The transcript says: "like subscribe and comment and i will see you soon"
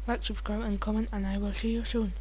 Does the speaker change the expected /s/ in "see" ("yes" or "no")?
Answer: yes